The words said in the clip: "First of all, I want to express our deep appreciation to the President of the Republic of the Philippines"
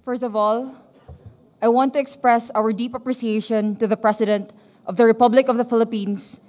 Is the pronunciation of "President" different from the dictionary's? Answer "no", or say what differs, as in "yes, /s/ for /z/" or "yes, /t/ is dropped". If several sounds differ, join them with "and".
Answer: yes, /s/ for /z/